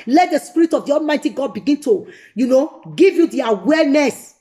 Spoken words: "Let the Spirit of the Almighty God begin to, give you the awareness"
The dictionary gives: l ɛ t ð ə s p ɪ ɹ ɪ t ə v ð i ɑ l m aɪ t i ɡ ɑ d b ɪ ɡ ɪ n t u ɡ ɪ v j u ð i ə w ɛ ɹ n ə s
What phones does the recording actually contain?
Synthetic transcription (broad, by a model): l ɛ t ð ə s p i ɹ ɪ t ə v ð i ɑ m aɪ t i ɡ ɑ d b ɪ ɡ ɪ n t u ɡ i v j u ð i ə w ɛ n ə s